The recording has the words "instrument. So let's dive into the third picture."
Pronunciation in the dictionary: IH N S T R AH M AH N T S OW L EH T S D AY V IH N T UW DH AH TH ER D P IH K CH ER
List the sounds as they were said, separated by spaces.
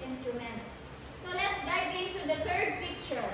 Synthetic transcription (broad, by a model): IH N S T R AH M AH N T S OW L EH T S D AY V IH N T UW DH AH T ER D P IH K CH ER